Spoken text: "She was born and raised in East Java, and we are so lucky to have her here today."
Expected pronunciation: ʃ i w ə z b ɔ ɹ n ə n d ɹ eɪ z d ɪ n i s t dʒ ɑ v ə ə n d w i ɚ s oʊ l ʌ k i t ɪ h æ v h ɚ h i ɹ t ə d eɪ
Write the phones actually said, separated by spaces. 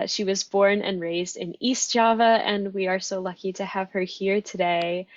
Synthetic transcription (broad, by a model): ʃ i w ə z b ɔ ɹ n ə n ɹ eɪ z d ɪ n i s t dʒ ɑ v ə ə n w i ɚ s oʊ l ʌ k i t ɪ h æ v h ɚ h i ɹ t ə d eɪ